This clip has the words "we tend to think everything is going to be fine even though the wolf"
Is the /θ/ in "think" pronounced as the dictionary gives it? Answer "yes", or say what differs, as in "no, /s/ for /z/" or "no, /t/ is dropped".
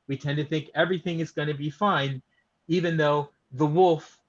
yes